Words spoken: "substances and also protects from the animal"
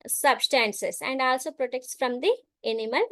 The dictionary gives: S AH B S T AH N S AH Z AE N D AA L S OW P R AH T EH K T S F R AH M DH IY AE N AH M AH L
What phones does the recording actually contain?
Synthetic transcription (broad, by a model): S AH B S T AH N S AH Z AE N D AA L S OW P R AH T EH K T S F R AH M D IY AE N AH M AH L